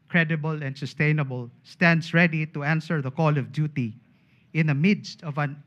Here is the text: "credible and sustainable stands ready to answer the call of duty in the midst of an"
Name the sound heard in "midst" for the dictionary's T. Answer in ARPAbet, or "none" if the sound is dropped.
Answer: T